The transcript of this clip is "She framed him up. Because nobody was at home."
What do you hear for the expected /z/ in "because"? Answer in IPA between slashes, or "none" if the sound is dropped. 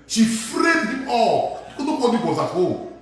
none